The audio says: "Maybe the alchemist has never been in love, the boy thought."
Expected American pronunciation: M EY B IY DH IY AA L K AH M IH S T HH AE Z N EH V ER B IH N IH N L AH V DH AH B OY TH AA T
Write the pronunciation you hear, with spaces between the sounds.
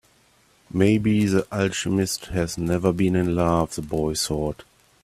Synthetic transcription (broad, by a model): M EY B IY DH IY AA L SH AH M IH S T HH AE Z N EH V ER B IH N IH N L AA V DH AH B OY S AA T